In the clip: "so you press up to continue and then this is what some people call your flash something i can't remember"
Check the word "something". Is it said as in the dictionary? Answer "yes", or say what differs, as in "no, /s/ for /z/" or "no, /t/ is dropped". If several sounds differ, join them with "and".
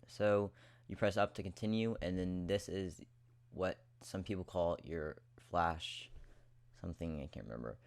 yes